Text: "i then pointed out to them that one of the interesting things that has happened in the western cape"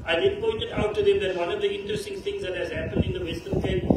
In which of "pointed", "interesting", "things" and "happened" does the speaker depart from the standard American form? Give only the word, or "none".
things